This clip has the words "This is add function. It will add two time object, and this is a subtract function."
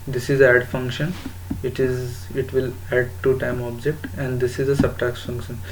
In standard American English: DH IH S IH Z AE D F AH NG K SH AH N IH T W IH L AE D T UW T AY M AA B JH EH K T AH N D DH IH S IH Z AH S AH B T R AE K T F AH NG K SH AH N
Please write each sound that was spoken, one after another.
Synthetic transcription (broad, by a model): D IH S IH Z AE D F AH NG K SH AH N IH T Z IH L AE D T UW T AY M AA B JH EH K T AH N D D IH S IH Z AH S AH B T AE K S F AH NG K SH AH N